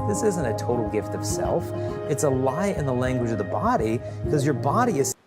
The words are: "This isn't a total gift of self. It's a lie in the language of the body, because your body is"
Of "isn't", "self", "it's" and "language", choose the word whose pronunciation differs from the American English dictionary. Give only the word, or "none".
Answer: none